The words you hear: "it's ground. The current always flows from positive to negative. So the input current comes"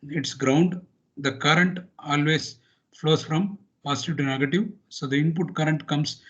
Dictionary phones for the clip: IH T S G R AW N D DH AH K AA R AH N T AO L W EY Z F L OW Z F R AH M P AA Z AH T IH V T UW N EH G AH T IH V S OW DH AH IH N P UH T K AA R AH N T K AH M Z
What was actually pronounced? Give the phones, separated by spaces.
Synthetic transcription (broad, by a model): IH T S G R AW N D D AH K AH R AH N T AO L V EY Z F L OW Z F R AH M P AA S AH T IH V T UW N EH G AH T IH V S OW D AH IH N P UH T K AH R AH N T K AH M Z